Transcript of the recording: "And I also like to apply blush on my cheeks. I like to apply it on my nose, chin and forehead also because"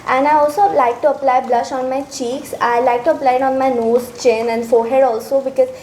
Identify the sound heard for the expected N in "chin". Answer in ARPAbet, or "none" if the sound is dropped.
N